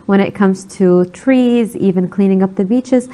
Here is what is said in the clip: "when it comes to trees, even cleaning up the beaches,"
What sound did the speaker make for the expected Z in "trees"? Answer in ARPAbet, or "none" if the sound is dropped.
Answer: Z